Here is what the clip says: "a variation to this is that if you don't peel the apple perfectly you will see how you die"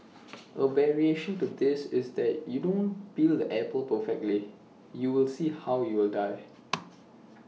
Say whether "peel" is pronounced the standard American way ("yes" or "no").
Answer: no